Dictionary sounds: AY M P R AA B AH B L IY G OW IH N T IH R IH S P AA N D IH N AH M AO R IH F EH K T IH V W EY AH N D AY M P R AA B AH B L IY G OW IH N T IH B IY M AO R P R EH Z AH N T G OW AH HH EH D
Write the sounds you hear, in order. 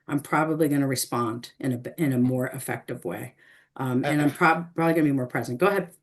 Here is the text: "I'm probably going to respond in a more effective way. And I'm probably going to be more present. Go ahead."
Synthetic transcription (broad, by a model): AY M P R AA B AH B L IY G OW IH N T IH R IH S P AA N D IH N AH M AO R IH F EH K T IH V W EY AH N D AY M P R AA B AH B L IY G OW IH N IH B IY M AO R P R EH Z AH N T G OW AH HH EH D